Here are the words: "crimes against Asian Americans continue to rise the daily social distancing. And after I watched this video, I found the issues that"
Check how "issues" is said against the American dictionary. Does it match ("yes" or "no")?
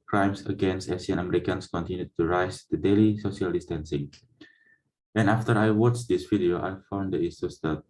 no